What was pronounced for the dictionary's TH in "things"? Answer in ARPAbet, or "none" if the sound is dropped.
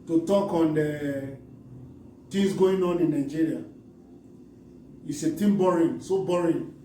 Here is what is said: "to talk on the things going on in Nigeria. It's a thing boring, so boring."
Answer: T